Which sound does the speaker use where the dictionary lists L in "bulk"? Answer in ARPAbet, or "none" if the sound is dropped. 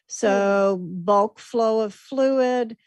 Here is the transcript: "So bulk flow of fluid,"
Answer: L